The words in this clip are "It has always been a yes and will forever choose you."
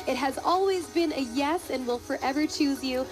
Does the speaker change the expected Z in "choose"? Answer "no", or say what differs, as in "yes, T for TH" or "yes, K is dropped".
no